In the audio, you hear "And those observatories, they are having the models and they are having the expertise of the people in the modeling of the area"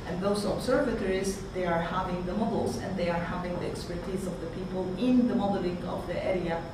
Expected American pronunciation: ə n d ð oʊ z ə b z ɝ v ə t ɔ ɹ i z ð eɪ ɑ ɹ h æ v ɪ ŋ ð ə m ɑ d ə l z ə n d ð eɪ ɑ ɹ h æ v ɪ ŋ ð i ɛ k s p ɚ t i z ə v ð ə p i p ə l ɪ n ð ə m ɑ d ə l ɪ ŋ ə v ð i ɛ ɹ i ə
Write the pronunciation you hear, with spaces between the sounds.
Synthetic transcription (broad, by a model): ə n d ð oʊ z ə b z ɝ v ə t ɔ ɹ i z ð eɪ ɑ ɹ h æ v ɪ ŋ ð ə m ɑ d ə l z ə n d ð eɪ ɑ ɹ h æ v ɪ ŋ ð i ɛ k s p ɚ t i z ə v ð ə p i p ə l ɪ n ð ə m ɑ d ə l ɪ ŋ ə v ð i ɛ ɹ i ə